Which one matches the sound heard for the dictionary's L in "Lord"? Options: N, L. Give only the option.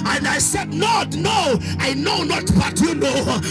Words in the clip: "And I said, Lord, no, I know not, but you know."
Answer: N